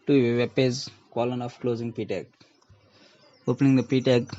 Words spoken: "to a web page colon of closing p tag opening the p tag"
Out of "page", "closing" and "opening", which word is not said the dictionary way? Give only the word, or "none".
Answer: page